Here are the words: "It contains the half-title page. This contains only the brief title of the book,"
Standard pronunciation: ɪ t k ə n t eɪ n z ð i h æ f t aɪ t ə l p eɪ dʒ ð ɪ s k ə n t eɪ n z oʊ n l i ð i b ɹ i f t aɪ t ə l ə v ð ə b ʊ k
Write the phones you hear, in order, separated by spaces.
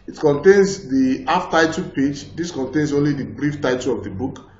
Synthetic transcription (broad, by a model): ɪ t k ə n t eɪ n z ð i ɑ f t aɪ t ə p eɪ dʒ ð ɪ s k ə n t eɪ n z oʊ n l i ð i b ɹ i f t aɪ t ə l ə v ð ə b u k